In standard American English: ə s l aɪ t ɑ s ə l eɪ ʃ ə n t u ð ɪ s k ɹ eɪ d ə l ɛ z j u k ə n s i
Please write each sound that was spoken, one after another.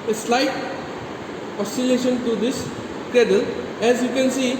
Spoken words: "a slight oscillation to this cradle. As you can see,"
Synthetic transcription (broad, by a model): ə s l aɪ t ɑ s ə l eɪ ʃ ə n t u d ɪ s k eɪ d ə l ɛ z j u k ə n s i